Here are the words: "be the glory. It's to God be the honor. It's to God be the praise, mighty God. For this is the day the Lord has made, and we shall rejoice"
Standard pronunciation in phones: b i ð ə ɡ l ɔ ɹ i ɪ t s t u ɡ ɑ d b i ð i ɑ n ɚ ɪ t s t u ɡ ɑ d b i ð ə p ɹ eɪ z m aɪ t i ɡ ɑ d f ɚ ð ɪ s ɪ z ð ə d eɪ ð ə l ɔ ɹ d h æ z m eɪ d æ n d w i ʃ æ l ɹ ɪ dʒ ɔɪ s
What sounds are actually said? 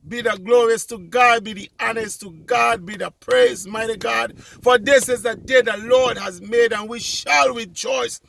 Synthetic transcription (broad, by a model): b i ð ə ɡ l ɔ ɹ i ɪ s t u ɡ ɑ d b i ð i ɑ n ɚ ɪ s t u ɡ ɑ d b i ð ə p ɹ eɪ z m aɪ t i ɡ ɑ d f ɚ ð ɪ s ɪ z ð ə d eɪ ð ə l ɔ ɹ d h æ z m eɪ d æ n w i ʃ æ l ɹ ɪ dʒ ɔɪ s